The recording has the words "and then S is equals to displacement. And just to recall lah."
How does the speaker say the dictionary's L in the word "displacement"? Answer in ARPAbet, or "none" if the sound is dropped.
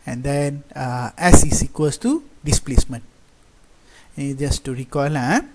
L